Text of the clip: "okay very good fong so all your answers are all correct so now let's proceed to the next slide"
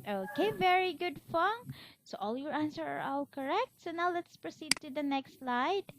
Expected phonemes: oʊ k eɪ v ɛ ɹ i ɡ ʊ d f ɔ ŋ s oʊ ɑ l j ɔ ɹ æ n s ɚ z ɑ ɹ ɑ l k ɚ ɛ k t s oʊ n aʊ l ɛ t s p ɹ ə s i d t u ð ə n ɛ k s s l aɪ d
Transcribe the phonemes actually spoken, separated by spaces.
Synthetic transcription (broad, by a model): oʊ k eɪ v ɛ ɹ i ɡ ʊ d f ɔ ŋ s oʊ ɑ l j ɔ ɹ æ n s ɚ ɑ ɹ ɑ l k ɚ ɛ k t s oʊ n aʊ l ɛ t s p ɹ ə s i d t u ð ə n ɛ k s s l aɪ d